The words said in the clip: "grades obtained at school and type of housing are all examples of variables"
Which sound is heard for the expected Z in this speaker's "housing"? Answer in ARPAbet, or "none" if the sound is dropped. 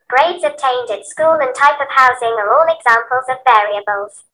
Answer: Z